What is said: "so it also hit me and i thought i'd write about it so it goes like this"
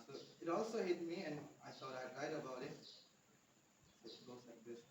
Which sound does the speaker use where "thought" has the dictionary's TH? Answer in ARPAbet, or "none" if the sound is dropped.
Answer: T